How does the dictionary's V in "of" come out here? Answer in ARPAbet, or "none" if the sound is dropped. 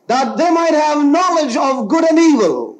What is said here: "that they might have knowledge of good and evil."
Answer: V